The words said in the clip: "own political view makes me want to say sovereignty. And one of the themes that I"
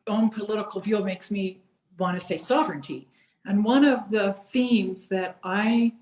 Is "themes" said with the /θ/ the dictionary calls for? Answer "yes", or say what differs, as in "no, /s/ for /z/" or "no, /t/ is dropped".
yes